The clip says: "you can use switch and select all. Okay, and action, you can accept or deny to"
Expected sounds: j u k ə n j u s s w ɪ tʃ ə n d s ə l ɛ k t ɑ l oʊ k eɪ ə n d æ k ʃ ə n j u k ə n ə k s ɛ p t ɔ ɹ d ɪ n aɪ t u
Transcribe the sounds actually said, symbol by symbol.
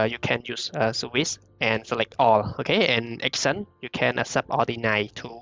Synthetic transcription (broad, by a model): j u k ə n j u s s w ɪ s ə n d s ə l ɛ k t ɑ l oʊ k eɪ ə n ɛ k s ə n j u k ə n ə s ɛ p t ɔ l d ɪ n aɪ t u